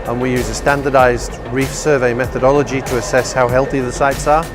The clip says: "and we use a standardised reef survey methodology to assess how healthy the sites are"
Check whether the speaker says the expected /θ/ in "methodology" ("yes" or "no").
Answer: yes